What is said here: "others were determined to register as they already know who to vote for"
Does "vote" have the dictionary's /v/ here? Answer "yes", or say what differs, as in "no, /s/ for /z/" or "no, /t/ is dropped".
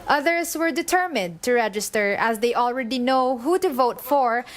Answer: yes